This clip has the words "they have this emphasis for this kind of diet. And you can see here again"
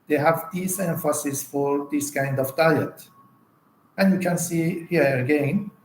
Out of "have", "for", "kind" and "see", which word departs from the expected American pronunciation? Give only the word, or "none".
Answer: none